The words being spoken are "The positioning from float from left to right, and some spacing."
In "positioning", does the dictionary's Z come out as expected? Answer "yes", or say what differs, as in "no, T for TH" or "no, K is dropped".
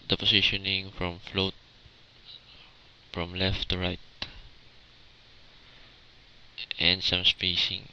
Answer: no, S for Z